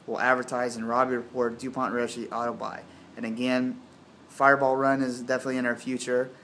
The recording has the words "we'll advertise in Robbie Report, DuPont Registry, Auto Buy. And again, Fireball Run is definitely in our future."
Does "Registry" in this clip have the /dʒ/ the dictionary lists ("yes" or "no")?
no